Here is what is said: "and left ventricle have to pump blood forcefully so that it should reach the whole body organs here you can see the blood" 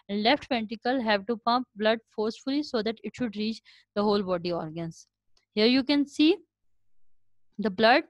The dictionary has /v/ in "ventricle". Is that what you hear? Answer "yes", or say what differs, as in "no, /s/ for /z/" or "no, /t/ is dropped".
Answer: no, /p/ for /v/